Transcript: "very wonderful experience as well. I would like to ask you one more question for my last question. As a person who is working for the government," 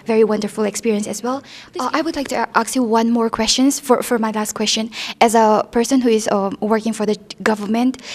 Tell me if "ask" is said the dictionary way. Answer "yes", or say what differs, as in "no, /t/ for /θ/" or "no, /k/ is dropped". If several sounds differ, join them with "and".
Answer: no, /s/ is dropped